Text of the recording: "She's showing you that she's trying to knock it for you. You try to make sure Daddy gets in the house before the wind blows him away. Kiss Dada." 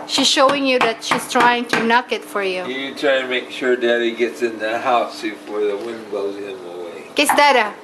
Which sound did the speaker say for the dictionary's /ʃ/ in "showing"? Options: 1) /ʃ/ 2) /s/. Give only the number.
1